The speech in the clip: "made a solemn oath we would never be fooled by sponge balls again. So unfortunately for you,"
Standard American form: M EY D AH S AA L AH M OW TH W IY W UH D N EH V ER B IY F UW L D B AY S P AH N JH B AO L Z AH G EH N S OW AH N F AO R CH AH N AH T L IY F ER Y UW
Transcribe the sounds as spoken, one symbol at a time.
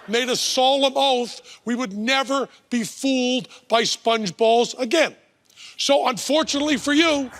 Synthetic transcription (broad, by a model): M EY D AH S AA L AH M OW TH W IY W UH D N EH V ER B IY F UW L D B AY S P AH N JH B AO L Z AH G EH N S OW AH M F AO R CH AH N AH T L IY F ER Y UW